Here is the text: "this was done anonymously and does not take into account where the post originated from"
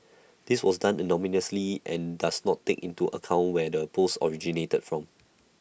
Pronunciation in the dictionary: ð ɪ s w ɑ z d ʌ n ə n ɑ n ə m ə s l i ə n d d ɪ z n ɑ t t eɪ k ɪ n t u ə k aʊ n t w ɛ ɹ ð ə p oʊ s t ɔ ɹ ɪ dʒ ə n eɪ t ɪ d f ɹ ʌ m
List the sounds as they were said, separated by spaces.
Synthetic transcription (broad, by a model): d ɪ s w ɑ s d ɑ n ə n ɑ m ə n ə s l i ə n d d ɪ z n ɑ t t eɪ k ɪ n t u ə k aʊ n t w ɛ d ə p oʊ s ɔ ɹ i dʒ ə n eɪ t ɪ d f ɹ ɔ m